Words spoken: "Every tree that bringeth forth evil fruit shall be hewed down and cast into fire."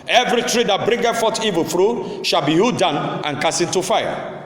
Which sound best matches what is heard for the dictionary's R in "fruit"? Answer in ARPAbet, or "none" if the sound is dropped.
R